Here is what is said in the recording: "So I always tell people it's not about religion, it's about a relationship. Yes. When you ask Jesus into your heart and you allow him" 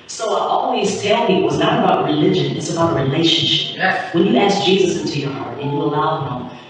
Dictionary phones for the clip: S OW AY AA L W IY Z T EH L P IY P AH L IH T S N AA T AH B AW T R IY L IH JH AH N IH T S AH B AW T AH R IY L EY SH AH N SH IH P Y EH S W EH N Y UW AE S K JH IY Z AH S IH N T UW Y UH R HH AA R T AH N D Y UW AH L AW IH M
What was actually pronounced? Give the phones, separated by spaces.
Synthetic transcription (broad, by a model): S OW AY AA L W IY Z T EH L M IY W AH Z N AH T AH B AW T R IY L IH JH AH N IH T S AH B AW T AH R IY L EY SH AH N SH IH P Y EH W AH N Y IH AE S K JH IY Z AH S IH N T UW Y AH R HH AA R T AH N Y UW AH L AW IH M